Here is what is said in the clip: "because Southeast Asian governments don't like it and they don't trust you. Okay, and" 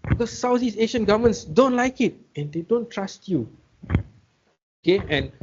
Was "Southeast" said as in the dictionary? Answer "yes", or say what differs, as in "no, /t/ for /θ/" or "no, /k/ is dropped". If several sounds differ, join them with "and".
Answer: no, /t/ is dropped